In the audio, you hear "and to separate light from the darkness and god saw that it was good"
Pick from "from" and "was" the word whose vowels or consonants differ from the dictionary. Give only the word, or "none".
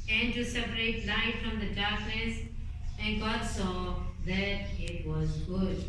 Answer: none